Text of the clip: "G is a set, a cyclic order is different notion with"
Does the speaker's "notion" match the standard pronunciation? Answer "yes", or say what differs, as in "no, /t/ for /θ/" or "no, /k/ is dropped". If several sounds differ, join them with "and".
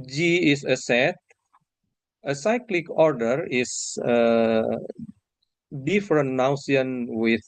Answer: no, /s/ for /ʃ/